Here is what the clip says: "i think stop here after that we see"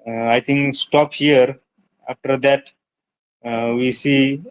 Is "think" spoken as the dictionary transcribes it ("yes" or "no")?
no